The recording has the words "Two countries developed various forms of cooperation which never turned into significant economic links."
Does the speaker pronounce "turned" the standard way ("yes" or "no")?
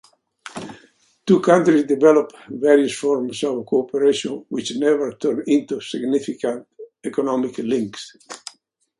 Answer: no